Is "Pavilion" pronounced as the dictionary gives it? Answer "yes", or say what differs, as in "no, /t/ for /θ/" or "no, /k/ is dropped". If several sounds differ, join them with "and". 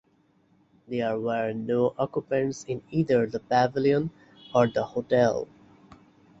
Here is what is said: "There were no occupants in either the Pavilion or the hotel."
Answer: no, /b/ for /p/